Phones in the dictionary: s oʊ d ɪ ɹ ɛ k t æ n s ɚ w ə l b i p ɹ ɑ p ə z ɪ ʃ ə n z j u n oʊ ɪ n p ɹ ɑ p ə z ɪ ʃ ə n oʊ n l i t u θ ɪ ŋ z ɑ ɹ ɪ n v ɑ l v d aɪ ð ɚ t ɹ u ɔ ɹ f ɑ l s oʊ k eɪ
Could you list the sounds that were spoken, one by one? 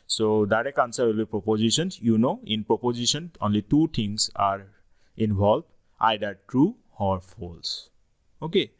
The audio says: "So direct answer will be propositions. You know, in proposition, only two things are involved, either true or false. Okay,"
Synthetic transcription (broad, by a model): s oʊ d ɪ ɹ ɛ k ɑ n s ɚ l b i p ɹ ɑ p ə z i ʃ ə n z j u n oʊ ɪ n p ɹ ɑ p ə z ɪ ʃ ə n oʊ n l i t u t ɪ ŋ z ɑ ɹ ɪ n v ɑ l d aɪ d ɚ t ɹ u ɔ ɹ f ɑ l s oʊ k eɪ